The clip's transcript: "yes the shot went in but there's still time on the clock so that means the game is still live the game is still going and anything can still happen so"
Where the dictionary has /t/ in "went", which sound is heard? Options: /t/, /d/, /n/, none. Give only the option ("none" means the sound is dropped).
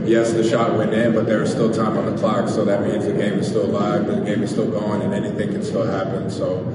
none